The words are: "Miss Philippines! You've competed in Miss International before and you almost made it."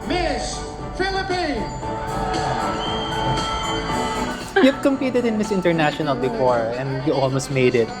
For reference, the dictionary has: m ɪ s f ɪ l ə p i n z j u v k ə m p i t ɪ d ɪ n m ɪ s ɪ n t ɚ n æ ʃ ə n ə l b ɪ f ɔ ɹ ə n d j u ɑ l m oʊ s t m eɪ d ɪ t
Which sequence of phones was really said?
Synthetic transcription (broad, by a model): m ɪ s f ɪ l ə p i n j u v k ə m p i t ɪ d ɪ n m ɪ s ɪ n t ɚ n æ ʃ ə n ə l b ɪ f ɔ ɹ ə n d j u ɑ l m oʊ s t m eɪ d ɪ t